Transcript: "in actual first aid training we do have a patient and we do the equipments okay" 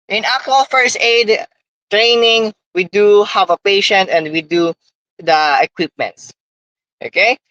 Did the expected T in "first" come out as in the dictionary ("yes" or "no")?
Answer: yes